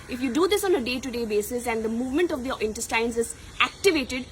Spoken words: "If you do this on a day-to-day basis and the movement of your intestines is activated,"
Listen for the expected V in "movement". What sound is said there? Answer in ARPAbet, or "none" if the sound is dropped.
V